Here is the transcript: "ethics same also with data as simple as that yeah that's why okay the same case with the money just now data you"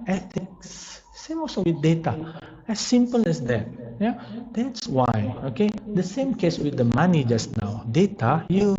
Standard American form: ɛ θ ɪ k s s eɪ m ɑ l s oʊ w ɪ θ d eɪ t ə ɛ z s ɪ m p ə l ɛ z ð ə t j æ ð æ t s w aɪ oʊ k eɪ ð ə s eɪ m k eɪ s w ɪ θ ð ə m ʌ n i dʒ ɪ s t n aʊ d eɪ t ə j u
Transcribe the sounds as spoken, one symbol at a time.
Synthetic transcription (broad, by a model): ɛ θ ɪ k s s eɪ m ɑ s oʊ w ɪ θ d eɪ t ə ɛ s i m p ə l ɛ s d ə t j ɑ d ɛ t s w aɪ oʊ k eɪ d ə s eɪ m k eɪ s w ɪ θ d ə m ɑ n i dʒ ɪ s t n aʊ d eɪ t ə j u